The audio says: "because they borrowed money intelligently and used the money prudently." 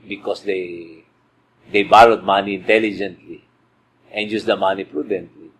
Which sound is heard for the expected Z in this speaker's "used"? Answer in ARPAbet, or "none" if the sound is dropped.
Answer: S